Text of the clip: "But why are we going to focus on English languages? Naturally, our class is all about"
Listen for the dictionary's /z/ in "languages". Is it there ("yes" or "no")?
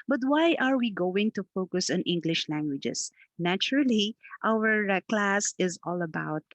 no